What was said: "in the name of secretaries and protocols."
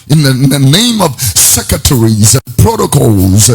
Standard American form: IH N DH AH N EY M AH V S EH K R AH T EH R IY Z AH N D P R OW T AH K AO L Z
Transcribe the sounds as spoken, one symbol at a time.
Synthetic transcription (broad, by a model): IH N DH AH N EY M AH V S EH K R AH T EH R IY Z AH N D P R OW T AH K AO L Z